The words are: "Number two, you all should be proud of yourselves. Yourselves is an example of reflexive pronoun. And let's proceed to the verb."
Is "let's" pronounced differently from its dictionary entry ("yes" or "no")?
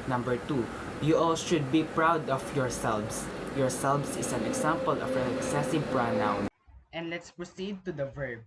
no